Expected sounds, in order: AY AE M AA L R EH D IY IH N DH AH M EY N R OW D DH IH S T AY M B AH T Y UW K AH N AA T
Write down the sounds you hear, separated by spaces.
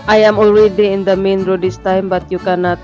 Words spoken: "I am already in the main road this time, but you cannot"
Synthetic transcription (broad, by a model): AY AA M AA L W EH D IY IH N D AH M EY N R OW D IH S T AY M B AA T Y UW K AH N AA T